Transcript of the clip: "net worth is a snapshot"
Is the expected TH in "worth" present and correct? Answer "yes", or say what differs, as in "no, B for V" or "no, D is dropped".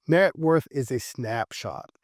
yes